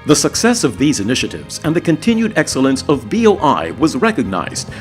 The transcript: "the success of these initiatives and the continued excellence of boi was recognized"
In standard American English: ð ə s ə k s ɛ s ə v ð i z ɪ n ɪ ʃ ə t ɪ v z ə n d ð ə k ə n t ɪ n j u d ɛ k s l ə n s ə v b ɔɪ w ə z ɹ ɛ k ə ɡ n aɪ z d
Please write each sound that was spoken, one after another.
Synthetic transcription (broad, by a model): ð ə s ə k s ɛ s ə v ð i z ɪ n ɪ ʃ ə t ɪ v z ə n ð ə k ə n t ɪ n j u d ɛ k s l ə n s ə v b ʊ w ə z ɹ ɛ k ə ɡ n aɪ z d